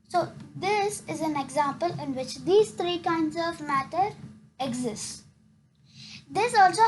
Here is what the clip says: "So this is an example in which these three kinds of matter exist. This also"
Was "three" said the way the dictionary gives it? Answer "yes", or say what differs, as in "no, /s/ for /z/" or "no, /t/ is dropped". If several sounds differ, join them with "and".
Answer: no, /t/ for /θ/